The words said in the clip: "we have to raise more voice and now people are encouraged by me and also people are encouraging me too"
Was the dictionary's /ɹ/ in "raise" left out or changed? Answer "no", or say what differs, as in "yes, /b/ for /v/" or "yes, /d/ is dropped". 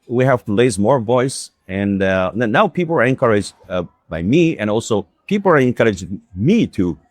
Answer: yes, /l/ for /ɹ/